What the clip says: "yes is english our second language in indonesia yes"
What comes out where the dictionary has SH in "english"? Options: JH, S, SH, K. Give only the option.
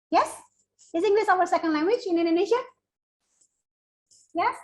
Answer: S